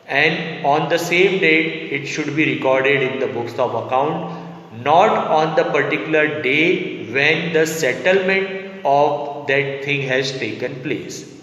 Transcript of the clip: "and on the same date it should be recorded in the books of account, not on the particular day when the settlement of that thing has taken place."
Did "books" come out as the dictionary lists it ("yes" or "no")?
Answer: yes